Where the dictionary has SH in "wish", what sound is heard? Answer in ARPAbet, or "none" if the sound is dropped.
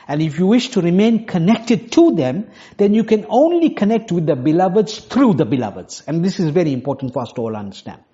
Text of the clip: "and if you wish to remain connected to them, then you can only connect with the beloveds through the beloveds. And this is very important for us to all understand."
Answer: SH